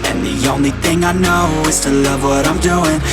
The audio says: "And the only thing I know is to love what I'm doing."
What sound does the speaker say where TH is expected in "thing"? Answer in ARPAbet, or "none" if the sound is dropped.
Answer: TH